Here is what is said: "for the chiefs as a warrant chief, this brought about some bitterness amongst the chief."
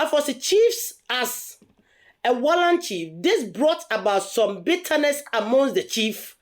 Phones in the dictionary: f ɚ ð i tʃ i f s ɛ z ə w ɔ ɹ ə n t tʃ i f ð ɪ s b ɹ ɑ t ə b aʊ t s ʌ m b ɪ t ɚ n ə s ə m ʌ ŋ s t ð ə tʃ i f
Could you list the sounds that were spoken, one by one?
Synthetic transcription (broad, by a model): f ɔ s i tʃ i f s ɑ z ə w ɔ l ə n tʃ i f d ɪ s b ɹ ɑ t ə b aʊ t s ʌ m b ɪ t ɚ n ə s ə m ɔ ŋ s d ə tʃ i f